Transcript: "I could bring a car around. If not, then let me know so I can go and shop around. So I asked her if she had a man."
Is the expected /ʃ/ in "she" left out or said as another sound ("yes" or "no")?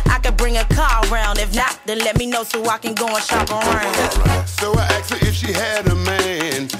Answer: no